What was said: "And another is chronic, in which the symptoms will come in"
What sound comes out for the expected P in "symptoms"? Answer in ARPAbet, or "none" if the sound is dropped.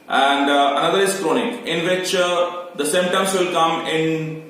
none